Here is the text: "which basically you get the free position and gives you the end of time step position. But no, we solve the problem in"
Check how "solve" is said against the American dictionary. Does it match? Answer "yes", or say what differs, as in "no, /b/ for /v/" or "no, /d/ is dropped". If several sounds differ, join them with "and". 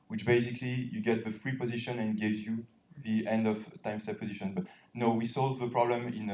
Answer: yes